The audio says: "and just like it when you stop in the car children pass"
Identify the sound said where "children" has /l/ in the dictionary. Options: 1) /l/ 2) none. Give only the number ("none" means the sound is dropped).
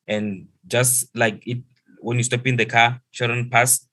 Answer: 2